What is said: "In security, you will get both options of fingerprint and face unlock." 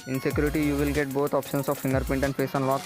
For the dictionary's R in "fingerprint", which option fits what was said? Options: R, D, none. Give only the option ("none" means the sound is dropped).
none